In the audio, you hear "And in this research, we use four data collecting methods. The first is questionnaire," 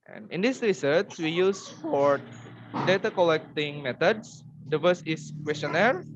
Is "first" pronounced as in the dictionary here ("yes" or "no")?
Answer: no